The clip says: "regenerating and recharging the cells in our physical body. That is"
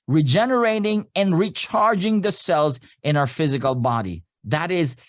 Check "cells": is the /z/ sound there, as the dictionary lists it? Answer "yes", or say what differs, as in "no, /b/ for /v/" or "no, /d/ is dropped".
yes